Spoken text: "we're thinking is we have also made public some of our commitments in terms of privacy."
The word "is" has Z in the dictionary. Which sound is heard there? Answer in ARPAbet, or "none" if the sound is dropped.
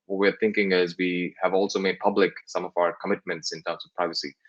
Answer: Z